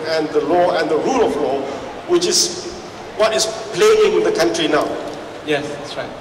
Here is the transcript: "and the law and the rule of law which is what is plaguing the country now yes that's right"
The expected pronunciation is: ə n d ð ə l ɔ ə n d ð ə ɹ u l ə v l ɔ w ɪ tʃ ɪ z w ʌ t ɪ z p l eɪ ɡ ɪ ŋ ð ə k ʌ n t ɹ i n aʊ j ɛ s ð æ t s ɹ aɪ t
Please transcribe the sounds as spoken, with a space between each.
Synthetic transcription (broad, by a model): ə n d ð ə l ɔ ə n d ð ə ɹ u l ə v l ɔ w ɪ tʃ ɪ s w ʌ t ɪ s p l eɪ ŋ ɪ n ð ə k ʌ n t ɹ i n aʊ j ɛ s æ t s ɹ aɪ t